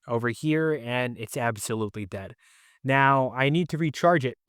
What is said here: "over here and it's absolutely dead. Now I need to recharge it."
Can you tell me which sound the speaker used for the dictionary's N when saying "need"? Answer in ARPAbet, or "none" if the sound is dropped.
N